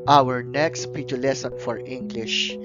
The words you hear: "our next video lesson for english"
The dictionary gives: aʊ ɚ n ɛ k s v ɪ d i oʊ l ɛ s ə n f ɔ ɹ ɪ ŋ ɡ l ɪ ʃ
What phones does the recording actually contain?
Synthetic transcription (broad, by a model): aʊ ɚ n ɛ k s p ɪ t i l ɛ s ə n f ɔ ɹ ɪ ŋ ɡ l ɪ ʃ